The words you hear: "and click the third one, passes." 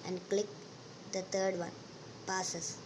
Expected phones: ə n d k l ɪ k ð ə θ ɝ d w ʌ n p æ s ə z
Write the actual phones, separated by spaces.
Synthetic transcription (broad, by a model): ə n d k l ɪ k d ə t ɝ d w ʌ n p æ s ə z